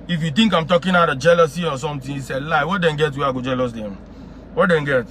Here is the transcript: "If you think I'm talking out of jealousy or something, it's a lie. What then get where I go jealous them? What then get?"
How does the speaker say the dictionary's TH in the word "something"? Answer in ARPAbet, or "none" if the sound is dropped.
T